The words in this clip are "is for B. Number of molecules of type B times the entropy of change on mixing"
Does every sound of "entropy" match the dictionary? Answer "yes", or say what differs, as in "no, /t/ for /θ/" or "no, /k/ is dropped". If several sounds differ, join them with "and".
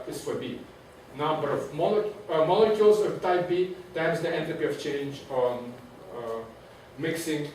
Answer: no, /ɹ/ is dropped